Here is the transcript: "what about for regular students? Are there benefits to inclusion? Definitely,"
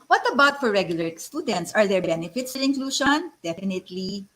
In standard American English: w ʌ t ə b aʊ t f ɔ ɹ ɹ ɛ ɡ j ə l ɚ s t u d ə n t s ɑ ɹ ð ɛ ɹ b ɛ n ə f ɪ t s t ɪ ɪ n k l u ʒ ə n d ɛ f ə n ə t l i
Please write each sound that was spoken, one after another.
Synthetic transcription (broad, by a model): w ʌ t ə b aʊ t f ɔ ɹ ɹ ɛ ɡ j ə l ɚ s t u d ə n t s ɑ ɹ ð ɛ ɹ b ɛ n ə f ɪ t s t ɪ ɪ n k l u ʃ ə n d ɛ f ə n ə t l i